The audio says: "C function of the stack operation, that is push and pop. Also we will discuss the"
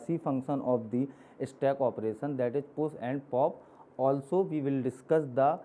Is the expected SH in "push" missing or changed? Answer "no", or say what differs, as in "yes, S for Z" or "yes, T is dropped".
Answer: yes, S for SH